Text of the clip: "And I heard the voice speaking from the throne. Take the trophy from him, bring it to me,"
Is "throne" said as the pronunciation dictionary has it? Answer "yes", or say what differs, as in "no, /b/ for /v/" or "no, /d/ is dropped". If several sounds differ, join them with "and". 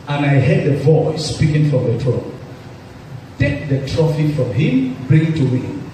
no, /t/ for /θ/